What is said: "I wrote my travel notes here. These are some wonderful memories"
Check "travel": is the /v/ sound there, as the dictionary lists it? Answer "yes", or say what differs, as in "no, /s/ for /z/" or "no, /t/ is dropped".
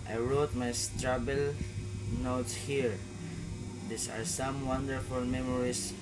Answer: no, /b/ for /v/